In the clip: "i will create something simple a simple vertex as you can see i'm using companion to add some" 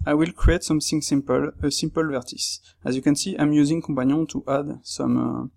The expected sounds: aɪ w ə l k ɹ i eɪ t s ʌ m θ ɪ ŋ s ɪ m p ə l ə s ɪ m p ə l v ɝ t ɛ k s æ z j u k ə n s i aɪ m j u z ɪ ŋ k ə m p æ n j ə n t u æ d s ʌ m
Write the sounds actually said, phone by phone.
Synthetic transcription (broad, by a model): aɪ w ə l k ɹ i eɪ t s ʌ m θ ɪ ŋ s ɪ m p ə l ə s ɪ m p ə l v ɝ t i s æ z j u k ə n s i aɪ m j u z ɪ ŋ k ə p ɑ n j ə t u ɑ d s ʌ m